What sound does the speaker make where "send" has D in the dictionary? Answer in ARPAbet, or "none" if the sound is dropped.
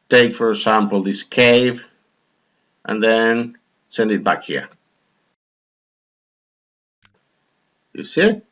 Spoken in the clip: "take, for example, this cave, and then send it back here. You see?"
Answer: D